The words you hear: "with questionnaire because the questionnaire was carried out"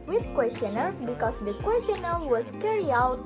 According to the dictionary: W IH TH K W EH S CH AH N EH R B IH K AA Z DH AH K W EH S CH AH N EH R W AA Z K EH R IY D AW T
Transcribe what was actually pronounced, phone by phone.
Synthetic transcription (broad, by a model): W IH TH K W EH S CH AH N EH R B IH K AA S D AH K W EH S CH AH N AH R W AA S K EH R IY AW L